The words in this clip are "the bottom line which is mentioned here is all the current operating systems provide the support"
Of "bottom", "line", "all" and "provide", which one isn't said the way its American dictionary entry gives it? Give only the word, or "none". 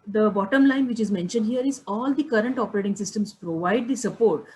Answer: none